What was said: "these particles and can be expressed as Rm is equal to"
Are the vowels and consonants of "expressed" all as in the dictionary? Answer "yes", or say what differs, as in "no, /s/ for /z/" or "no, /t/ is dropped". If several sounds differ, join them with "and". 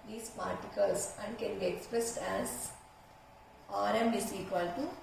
yes